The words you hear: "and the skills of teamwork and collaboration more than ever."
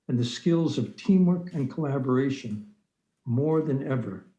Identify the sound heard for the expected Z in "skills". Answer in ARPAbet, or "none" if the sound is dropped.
Z